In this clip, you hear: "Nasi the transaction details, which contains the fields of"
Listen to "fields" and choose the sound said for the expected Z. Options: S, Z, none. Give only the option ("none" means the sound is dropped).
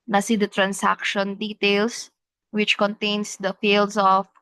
S